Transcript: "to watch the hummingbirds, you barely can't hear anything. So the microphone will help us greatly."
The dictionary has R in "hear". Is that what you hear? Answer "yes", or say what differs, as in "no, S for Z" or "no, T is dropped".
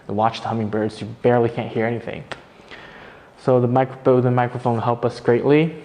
yes